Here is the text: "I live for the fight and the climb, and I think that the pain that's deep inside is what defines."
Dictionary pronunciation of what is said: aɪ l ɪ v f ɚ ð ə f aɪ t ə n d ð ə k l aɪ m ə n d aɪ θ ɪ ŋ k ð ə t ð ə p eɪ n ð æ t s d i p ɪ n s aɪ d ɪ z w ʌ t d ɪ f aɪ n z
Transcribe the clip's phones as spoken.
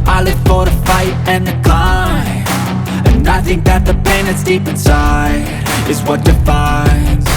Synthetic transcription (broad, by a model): aɪ l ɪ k f ɚ ð ə f aɪ t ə n ð ə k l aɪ ə n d aɪ θ ɪ ŋ k ð ə t ð ə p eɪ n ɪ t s d i p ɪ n s aɪ ɪ z w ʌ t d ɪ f aɪ n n